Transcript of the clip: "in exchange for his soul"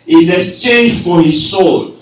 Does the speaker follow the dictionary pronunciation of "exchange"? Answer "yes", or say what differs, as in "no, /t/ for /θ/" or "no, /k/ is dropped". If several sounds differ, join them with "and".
no, /k/ is dropped